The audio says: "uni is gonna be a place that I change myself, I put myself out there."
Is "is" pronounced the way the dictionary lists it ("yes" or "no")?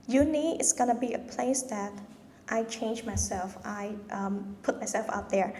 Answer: no